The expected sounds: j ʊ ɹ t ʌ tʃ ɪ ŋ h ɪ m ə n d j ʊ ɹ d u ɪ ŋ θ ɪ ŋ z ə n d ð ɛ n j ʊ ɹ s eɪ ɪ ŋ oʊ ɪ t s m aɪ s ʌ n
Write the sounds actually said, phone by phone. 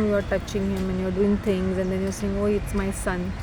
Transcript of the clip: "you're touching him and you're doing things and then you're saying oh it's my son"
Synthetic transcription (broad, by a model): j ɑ ɹ t ʌ tʃ ɪ ŋ h ɪ m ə n j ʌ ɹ d u ɪ ŋ t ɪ ŋ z ə n d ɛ n j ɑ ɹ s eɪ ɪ ŋ oʊ ɪ t s m aɪ s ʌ n